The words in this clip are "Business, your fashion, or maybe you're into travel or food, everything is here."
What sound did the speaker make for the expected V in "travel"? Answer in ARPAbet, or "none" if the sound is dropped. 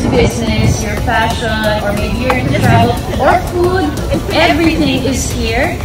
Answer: none